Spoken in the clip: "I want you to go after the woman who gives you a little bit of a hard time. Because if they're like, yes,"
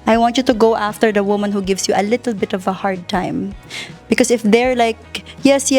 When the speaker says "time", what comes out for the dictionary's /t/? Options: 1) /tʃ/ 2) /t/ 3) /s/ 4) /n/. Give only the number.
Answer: 2